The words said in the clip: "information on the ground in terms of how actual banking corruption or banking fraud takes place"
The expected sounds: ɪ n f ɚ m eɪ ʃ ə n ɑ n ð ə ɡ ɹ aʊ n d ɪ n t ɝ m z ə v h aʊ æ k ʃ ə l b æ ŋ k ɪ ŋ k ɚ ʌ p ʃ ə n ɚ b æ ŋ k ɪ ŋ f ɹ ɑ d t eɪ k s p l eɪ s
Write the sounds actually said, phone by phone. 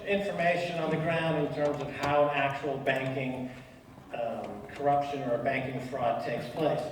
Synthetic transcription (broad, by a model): ɪ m f ɚ m eɪ ʃ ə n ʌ n ð ə ɡ ɹ aʊ n d ɪ n t ɝ m z ə v h aʊ æ k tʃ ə l b æ ŋ k ɪ ŋ k ɚ ʌ p ʃ ə n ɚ b æ ŋ k ɪ ŋ f ɹ ɑ d t eɪ k s p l eɪ s